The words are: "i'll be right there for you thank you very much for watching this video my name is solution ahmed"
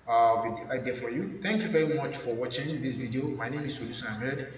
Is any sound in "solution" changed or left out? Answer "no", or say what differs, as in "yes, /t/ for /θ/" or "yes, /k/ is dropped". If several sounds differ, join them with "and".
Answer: yes, /s/ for /ʃ/